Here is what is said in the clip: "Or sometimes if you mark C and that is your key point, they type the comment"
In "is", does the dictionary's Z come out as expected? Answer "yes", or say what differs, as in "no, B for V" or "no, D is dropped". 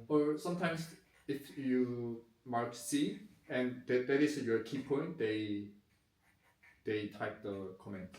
no, S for Z